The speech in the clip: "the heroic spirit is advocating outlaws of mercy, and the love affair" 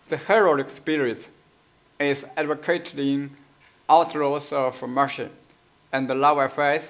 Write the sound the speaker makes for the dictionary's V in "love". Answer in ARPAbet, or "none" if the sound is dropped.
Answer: none